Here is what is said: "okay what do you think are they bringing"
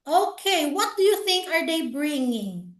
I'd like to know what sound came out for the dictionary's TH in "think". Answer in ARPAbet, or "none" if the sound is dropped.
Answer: TH